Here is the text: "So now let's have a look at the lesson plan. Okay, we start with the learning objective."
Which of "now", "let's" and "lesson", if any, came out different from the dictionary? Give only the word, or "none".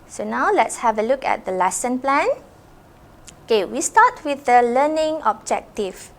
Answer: none